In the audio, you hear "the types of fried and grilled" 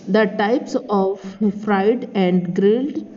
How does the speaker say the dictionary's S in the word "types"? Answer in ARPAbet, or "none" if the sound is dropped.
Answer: S